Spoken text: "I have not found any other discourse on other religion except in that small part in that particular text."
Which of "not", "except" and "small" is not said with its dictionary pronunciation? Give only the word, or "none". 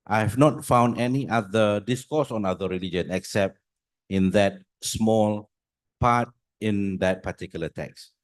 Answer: none